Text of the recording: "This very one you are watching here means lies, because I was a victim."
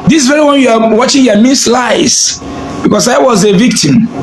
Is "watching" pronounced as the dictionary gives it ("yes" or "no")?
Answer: yes